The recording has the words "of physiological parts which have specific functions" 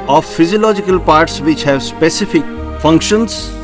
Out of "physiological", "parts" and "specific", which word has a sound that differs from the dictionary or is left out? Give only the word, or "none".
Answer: none